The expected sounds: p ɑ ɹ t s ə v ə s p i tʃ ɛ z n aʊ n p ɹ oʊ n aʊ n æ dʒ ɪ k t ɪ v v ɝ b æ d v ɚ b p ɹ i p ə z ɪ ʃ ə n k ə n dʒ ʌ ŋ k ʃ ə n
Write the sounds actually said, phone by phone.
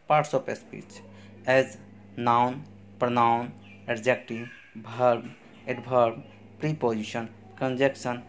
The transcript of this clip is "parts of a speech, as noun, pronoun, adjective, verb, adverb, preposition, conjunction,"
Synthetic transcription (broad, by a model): p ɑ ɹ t s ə p ə s p i tʃ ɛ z n aʊ n p ɹ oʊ n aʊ n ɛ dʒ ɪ k t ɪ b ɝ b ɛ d b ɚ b p ɹ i p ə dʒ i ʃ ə n k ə n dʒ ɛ k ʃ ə n